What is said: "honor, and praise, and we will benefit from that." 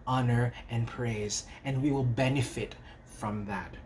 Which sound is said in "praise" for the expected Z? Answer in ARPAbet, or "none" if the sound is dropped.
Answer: Z